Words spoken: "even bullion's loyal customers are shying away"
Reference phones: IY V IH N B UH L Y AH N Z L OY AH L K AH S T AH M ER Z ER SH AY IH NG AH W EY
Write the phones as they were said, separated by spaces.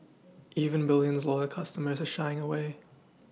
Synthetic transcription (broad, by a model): IY V IH N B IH L Y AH N Z L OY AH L K AH S T AH M ER Z ER SH AY IH NG AH W EY